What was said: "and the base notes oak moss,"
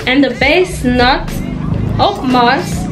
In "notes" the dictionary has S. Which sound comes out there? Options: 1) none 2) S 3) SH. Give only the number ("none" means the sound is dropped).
1